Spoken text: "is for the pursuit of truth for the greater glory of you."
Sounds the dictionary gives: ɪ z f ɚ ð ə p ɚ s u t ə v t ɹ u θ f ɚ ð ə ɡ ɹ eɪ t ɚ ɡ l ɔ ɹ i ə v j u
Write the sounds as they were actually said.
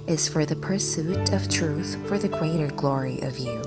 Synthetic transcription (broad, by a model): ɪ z f ɚ ð ə p ɚ s u t ə v t ɹ u θ f ɚ ð ə ɡ ɹ eɪ t ɚ ɡ l ɔ ɹ i ə v j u